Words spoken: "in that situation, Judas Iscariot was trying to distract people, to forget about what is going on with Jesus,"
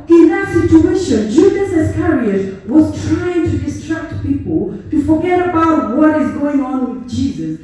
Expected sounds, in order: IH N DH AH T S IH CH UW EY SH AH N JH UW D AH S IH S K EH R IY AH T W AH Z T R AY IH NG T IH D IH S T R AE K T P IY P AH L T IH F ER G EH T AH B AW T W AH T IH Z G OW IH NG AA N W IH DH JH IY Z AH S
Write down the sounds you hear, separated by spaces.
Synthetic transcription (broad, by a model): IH N DH AH T S IH CH UW EY SH AH N JH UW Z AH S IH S K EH R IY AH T W AH Z T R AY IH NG T IH D IH S T R AE K T P IY P AH L T IH F ER G EH T AH B AW T W AH T IH Z G OW IH NG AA N W IH DH JH IY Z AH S